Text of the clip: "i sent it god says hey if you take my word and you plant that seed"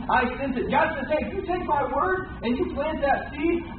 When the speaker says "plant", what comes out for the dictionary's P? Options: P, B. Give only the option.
P